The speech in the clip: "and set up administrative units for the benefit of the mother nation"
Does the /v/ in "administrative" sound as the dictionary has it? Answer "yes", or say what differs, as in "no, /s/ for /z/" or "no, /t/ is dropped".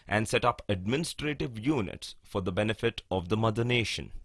yes